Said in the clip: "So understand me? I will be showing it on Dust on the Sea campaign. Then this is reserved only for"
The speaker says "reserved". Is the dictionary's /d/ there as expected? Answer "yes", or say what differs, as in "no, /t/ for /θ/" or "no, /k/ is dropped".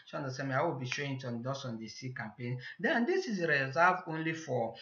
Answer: no, /d/ is dropped